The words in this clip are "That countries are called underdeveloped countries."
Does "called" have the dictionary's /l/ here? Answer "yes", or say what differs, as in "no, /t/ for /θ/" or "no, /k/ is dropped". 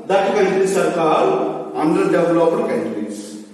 no, /l/ is dropped